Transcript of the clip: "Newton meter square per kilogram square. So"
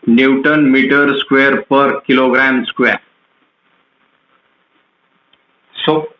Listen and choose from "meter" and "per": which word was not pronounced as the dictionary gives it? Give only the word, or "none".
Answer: none